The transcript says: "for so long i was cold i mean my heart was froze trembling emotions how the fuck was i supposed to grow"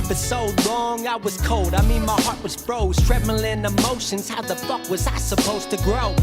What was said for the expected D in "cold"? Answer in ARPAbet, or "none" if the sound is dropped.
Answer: D